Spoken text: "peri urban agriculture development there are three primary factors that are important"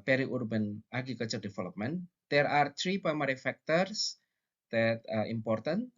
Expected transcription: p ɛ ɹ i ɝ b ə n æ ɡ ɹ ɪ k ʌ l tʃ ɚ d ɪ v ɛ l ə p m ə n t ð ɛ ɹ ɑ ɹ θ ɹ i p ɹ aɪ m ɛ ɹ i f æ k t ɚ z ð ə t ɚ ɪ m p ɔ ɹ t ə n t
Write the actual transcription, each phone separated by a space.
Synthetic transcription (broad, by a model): p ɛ ɹ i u b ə n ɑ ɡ ɪ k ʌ tʃ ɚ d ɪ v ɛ l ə p m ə n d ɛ ɹ ɑ ɹ t ɹ i p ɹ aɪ m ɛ ɹ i f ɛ k t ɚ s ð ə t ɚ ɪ m p ɔ ɹ t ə n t